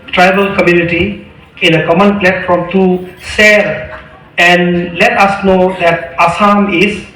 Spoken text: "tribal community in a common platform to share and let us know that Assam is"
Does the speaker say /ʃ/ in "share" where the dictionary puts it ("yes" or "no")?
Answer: no